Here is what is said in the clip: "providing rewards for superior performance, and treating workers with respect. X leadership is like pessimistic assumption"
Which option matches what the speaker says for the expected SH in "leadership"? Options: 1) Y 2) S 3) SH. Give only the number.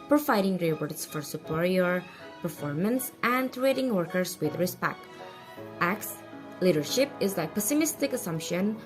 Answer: 3